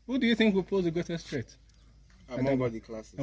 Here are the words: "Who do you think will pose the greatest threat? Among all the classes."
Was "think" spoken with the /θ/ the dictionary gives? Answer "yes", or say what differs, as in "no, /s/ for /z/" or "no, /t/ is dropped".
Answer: yes